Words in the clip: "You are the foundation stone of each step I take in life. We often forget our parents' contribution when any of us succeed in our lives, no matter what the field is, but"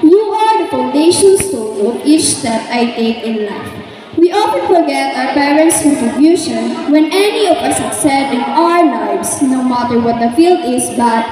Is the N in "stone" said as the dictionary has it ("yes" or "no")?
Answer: no